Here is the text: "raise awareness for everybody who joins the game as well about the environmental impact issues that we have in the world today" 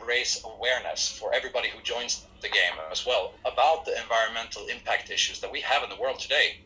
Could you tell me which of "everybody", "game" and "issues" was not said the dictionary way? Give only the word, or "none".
none